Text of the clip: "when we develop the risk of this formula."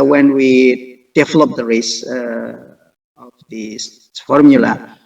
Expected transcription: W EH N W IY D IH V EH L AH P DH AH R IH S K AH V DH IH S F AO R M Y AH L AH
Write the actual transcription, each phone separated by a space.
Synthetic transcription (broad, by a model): W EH N W IY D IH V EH L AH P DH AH R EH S AH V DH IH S F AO R M Y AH L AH